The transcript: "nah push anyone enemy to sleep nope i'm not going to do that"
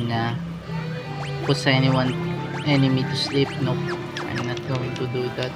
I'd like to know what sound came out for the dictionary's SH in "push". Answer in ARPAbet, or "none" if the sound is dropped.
S